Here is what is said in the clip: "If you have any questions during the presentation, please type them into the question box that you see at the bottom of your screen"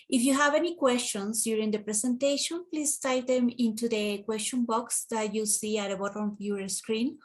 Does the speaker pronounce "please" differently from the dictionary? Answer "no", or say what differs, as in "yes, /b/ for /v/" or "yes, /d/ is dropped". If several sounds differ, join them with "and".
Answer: yes, /s/ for /z/